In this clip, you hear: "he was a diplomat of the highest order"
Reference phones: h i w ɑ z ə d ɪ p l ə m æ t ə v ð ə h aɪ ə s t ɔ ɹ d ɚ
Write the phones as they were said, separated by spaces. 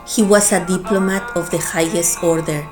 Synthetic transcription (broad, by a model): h i w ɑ s ə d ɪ p l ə m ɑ t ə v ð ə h aɪ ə s t ɔ ɹ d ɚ